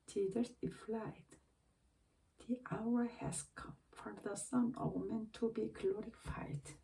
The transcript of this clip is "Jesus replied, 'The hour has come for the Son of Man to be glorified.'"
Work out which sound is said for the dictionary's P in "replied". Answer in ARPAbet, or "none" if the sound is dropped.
F